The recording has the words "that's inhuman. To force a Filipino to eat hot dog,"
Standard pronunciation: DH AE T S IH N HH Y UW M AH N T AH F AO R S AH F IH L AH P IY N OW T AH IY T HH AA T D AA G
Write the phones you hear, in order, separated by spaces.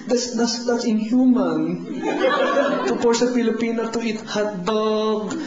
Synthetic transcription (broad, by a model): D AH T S IH N HH Y UW M AH N T AH P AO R S AH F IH L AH P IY N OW T AH IY T HH AA T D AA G